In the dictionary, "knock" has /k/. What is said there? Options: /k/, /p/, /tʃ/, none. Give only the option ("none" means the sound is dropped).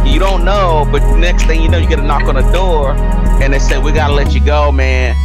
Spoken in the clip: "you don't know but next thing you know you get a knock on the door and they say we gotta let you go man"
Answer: /k/